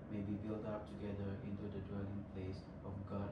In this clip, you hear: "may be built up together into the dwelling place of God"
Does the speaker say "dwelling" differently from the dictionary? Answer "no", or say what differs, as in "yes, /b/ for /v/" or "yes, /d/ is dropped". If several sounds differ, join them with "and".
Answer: no